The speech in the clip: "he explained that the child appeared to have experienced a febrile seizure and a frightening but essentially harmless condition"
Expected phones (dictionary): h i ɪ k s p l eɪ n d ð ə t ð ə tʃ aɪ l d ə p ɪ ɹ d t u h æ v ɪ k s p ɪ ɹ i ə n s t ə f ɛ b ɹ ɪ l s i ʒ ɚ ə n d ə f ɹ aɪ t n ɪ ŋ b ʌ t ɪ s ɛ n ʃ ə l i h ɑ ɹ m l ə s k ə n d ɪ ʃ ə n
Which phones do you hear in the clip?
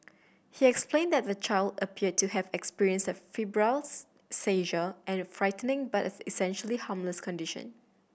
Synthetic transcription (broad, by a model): h i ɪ k s p l eɪ n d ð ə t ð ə tʃ aɪ l d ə p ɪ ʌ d t u h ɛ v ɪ k s p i ɹ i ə n s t ə f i b ɹ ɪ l s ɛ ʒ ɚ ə n f ɹ aɪ t n ɪ ŋ b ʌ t ɪ s ɛ n ʃ ə l i h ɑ m l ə s k ə n d ɪ ʃ ə n